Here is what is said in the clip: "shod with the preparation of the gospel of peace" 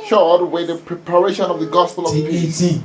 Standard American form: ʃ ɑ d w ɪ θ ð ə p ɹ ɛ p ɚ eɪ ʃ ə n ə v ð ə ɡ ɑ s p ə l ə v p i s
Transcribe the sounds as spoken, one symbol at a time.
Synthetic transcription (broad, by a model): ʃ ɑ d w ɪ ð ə p ɹ ɛ p ɚ eɪ ʃ ə n ə v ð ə ɡ ɑ s p ə l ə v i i